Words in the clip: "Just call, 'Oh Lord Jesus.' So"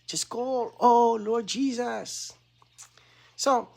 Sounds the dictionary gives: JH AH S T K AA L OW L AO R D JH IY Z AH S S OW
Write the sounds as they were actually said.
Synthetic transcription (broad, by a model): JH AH S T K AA L OW L AO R D JH IY Z AH S S OW